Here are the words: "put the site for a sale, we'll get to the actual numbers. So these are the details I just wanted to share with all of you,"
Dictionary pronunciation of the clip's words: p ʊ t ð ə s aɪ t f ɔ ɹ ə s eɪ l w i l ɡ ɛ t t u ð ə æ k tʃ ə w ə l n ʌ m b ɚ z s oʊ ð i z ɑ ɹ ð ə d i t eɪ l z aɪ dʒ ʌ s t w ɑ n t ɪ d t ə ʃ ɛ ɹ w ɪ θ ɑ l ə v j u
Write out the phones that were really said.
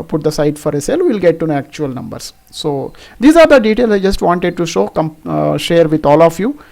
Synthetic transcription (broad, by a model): p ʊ t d ə s aɪ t f ɔ ɹ ə s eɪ l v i l ɡ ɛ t t u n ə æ k tʃ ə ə l n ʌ m b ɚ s s oʊ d i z ɑ ɹ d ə d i t eɪ l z aɪ dʒ ʌ s t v ɑ n t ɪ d t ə ʃ ɛ ɹ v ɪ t ɑ l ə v j u